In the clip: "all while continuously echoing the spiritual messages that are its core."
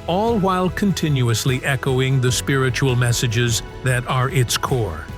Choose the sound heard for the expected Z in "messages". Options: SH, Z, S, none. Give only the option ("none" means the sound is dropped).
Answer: Z